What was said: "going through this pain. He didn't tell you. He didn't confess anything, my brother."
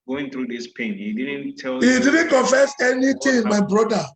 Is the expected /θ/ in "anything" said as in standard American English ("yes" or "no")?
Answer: no